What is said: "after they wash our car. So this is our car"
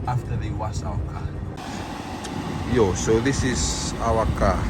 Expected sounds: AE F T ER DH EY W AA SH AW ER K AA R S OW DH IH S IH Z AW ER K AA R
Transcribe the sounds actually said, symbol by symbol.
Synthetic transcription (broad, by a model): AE F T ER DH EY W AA S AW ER K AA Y S OW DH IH S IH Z AW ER K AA